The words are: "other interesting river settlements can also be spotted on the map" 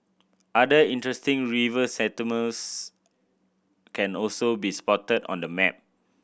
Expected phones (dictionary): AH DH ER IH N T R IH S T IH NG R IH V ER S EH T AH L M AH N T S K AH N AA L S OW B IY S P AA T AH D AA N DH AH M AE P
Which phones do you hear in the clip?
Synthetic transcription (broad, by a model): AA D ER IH N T R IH S T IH NG R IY V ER S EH T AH M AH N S K AH N AA L S OW B IY S P AA T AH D AA N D AH M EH P